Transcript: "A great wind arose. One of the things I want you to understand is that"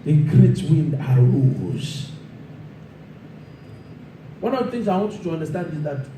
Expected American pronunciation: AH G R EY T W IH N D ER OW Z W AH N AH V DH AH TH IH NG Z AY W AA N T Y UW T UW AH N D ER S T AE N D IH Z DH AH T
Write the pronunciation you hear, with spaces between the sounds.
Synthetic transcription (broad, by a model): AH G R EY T W IH N D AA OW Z W AH N AH V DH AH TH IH NG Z AY W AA N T Y UW T UW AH N D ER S T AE N D IH Z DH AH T